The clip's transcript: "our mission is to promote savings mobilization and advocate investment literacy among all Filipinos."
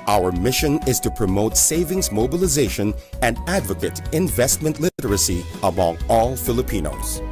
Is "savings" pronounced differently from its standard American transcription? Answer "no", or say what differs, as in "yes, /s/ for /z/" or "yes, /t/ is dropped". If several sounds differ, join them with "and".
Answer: no